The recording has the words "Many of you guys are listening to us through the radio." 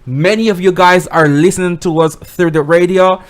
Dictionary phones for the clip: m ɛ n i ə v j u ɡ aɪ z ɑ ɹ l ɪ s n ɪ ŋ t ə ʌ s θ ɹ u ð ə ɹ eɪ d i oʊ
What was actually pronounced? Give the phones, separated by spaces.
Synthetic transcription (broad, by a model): m ɛ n i ə v j u ɡ aɪ z ɑ ɹ l ɪ s n ɪ ŋ t ə ʌ s θ ɹ u ð ə ɹ eɪ d i oʊ